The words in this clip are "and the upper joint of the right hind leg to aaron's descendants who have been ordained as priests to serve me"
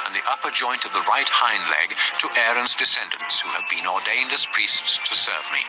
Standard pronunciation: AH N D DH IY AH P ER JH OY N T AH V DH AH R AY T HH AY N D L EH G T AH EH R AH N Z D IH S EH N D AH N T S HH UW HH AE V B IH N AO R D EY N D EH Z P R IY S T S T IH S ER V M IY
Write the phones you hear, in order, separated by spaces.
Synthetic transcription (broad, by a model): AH N DH IY AH P ER JH OY N T AH V DH AH R AY T HH AY N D L EH G T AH EH R AH N Z D IH S EH N D AH N T S HH UW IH V B IH N AO R D EY N D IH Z P R IY S T S T IH S ER V M IY